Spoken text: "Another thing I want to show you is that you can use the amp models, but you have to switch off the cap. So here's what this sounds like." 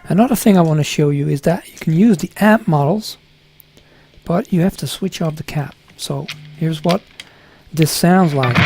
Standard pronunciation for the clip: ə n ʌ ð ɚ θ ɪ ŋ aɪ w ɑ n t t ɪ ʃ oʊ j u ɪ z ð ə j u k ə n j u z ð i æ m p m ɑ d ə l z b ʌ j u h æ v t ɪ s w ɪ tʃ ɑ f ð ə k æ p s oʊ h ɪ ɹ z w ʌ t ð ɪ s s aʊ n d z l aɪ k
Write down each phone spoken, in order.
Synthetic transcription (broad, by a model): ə n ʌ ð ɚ θ ɪ ŋ aɪ w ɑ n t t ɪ ʃ oʊ j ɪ ɪ z ð ə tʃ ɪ k n j u z ð i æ p m ɑ d l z b ʌ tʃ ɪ h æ f t ɪ s w ɪ tʃ ɑ f ð ə k æ p s oʊ h ɪ ɹ z w ʌ t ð ɪ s s aʊ n d z l aɪ k